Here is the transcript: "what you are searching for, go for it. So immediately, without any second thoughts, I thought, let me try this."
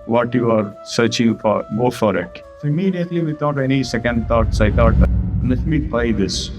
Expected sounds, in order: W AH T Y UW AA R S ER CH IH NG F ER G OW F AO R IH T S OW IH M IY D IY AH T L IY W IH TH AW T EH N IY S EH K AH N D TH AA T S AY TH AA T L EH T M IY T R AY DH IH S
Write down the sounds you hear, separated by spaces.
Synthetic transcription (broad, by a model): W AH T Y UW AA R S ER CH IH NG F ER G OW F AO R IH T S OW IH M IY D IY AH T L IY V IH T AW T EH N IY S EH K AH N D T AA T S AY T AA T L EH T M IY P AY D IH S